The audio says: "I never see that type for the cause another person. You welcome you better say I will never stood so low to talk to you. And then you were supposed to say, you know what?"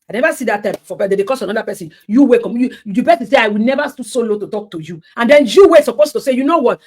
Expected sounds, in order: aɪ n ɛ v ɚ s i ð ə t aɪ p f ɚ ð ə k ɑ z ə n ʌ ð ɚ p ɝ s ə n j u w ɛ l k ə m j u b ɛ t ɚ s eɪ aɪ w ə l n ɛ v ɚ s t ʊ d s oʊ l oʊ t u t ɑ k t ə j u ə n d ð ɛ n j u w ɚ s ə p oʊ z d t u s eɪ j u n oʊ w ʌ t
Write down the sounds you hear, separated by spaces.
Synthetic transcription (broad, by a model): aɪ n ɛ v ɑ s i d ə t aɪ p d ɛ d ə k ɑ s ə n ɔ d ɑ p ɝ s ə n j u w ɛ k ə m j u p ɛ s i s eɪ aɪ w ə l n ɛ v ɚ s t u s oʊ l oʊ t u t ɑ k t ə j u ə n d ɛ n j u w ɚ s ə p oʊ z t u s eɪ j u n oʊ w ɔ t